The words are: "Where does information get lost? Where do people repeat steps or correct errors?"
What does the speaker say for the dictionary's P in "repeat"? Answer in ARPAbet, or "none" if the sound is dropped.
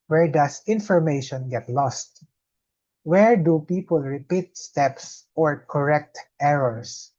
P